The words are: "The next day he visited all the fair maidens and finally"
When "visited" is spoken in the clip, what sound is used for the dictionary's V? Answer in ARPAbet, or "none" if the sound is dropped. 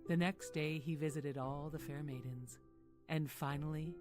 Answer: V